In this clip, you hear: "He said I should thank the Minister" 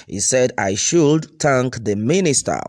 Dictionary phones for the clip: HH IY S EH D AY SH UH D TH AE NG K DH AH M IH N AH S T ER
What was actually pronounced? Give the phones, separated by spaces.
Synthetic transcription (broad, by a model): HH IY S EH D AY SH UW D T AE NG K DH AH M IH N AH S T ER